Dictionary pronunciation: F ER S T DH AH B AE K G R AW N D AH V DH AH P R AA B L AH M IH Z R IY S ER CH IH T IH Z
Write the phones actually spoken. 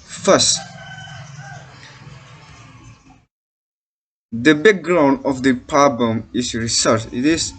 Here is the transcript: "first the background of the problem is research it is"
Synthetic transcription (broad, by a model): F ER S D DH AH B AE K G R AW N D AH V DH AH P AA B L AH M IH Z R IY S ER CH IH T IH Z